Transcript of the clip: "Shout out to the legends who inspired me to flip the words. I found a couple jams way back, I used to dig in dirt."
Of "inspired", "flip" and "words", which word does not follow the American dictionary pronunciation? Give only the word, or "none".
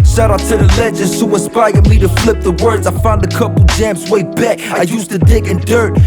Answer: inspired